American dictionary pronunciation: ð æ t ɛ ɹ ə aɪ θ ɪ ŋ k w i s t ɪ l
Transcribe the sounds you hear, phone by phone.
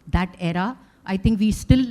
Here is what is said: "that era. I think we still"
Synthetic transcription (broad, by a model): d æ t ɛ ɹ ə aɪ t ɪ ŋ k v i s t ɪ l